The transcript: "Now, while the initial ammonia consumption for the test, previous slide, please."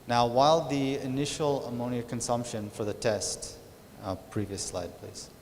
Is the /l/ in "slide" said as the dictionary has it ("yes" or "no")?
yes